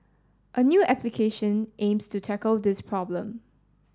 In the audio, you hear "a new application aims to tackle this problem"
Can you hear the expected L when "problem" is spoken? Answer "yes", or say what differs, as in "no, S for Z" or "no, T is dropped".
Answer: yes